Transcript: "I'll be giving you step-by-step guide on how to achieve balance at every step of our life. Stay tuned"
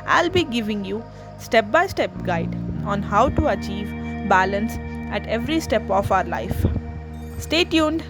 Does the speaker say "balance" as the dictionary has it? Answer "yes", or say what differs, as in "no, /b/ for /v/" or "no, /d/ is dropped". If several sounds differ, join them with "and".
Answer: yes